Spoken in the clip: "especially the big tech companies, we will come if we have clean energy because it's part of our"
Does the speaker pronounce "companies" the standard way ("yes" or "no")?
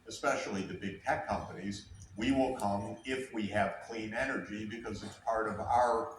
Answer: yes